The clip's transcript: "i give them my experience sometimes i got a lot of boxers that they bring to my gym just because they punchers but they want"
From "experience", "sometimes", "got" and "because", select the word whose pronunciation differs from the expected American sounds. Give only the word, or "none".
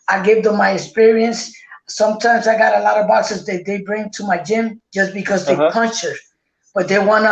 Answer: none